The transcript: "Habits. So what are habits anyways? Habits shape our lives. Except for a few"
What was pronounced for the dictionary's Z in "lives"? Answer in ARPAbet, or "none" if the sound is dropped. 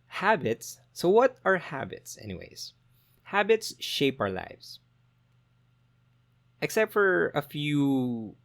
S